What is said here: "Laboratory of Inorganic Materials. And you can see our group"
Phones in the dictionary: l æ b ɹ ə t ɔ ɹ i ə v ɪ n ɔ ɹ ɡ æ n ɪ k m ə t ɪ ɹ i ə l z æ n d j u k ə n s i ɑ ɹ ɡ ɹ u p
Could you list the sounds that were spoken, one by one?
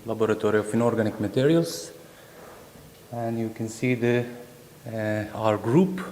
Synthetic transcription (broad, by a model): l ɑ b ɹ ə t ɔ ɹ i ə f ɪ n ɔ ɹ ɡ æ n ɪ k m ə t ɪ ɹ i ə l s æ n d j u k ə n s i ɑ ɹ ɡ ɹ u p